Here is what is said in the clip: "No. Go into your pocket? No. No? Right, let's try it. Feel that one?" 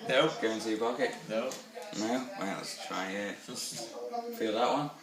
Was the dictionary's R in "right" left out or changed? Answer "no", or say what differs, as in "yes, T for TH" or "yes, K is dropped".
yes, W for R